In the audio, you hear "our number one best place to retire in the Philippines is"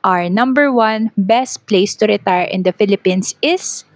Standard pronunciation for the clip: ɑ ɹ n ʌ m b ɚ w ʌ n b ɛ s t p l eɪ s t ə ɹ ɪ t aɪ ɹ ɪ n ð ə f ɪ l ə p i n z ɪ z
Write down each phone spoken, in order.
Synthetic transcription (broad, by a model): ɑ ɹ n ʌ m b ɚ w ʌ n b ɛ s t p l eɪ s t ə ɹ ɪ t aɪ ɹ ɪ n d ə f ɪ l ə p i n s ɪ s